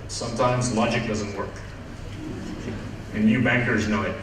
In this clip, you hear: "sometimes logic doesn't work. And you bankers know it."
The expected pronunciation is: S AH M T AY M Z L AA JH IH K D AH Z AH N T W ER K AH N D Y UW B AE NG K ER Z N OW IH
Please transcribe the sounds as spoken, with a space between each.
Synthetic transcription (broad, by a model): S AH M T AY M Z L AA JH IH K D AH Z AH N T W ER K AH N Y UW B AE NG K ER Z N OW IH